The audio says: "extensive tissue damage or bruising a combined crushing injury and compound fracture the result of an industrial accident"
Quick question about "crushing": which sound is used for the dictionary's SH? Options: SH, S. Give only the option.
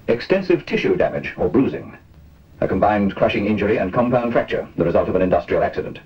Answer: SH